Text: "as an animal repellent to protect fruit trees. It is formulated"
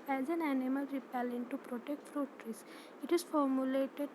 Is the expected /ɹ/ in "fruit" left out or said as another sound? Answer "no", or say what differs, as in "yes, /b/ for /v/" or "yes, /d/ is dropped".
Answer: no